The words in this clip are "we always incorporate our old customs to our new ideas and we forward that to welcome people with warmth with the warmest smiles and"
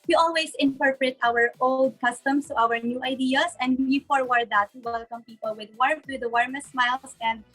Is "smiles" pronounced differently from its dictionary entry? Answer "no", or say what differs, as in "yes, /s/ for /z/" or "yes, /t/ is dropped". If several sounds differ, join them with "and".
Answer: yes, /s/ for /z/